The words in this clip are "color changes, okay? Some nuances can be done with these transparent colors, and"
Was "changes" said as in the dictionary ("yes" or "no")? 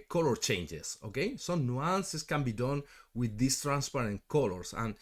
no